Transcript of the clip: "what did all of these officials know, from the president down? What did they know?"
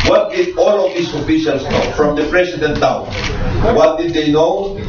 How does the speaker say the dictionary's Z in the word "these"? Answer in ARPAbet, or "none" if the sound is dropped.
S